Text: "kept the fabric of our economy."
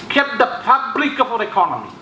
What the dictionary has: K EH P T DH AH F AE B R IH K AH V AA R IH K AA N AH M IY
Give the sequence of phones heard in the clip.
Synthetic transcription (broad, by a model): K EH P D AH P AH B L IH K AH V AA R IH K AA N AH M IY